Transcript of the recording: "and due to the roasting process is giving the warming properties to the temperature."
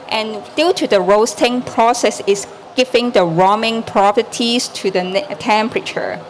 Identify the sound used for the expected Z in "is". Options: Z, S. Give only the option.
S